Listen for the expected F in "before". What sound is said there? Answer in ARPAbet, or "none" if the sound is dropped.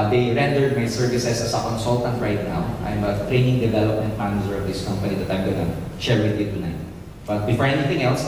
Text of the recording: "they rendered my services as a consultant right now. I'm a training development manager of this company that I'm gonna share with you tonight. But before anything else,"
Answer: F